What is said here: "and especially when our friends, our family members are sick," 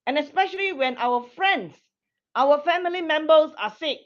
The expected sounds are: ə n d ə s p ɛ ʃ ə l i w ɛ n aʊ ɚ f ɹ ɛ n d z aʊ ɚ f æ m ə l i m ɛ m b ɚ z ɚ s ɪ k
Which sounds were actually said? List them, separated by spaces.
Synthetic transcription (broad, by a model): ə n ə s p ɛ ʃ ə l i w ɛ n aʊ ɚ f ɹ ɛ n d s aʊ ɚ f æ m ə l i m ɛ m b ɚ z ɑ s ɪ k